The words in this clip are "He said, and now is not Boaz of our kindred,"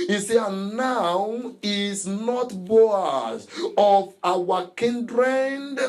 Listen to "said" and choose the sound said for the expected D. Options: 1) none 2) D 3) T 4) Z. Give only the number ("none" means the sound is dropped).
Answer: 1